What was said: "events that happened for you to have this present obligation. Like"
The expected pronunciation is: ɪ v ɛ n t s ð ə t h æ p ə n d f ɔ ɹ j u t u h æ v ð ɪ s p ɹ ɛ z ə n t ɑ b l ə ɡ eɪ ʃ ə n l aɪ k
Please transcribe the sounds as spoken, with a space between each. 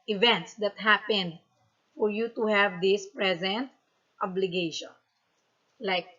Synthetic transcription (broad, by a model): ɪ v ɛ n t s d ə t h æ p ə n d f ɔ ɹ j u t u h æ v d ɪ s p ɹ ɛ z ə n t ɑ b l ə ɡ eɪ ʃ ə n l aɪ k